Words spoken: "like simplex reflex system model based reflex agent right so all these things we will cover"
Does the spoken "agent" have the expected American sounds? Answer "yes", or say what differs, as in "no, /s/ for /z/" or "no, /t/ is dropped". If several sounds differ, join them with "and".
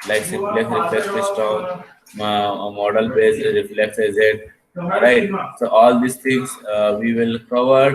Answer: no, /z/ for /dʒ/ and /n/ is dropped